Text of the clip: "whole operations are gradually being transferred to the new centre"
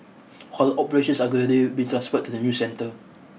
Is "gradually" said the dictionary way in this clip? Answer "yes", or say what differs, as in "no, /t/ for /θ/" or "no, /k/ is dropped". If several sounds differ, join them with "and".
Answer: no, /ɹ/ is dropped